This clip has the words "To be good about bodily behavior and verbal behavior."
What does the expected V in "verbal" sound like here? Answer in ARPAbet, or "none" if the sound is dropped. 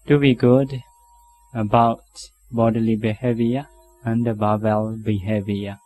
B